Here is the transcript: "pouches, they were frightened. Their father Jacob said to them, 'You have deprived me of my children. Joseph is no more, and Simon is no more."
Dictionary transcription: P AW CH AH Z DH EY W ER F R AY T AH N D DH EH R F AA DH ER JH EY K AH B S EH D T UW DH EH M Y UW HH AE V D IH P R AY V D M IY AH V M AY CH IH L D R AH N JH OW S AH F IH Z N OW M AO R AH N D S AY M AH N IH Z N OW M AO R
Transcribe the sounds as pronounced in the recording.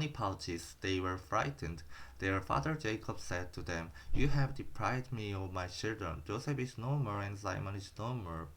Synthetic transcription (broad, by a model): P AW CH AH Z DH EY W ER F R AY T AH N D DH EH R F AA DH ER JH EY K AH B S EH D T UW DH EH M Y UW HH AE V D IH P R AY V D M IY AH V M AY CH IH L D R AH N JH OW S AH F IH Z N OW M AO R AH N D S AY M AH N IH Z N OW M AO R